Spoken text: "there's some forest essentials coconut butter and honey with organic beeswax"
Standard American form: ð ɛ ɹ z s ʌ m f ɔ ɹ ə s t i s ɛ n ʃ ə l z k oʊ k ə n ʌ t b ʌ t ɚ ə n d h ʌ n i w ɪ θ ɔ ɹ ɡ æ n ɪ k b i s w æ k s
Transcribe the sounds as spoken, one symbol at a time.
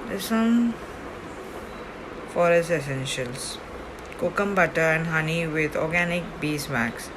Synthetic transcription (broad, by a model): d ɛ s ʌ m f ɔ ɹ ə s i s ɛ n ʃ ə l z k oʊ k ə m b ʌ t ɚ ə n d h ʌ n i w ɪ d ɔ ɹ ɡ æ n ɪ k b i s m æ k s